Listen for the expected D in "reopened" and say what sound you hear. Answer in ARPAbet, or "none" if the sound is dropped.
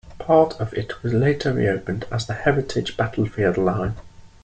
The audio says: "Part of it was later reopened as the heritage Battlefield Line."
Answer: D